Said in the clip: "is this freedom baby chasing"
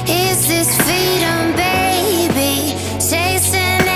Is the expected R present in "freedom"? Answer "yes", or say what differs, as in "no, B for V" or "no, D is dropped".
no, R is dropped